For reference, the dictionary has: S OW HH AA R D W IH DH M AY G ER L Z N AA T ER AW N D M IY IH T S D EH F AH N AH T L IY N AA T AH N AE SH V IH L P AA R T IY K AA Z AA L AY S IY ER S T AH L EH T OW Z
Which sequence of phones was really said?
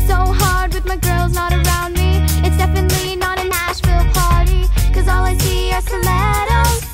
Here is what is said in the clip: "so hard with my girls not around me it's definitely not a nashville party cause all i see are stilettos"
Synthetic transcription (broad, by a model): S OW HH AA R D W IH DH M AY G ER L Z N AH T ER AW N D M IY IH T S D EH F AH N AH T L IY N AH T AH N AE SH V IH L P AA R T IY K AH Z AA L AY S IY ER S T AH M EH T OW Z